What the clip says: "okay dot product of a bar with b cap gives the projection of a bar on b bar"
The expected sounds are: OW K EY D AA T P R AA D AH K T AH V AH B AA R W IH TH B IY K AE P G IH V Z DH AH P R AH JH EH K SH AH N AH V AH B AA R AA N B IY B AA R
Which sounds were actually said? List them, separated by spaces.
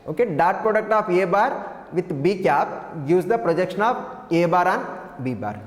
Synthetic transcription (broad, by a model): OW K EY D AA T P R AA D AH K T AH P AH B AA R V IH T B IY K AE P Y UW Z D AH P R AH JH EH K SH AH N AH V AH B AA R AA N B IY B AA R